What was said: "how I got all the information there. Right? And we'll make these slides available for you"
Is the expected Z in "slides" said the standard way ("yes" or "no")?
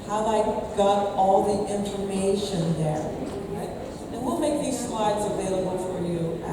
yes